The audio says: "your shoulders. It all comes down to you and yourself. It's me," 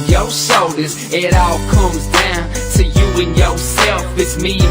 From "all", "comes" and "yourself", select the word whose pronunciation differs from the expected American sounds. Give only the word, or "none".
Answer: none